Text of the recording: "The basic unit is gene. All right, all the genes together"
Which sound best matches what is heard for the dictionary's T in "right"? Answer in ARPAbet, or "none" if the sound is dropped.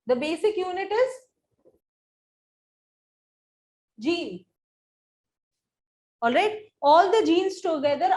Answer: T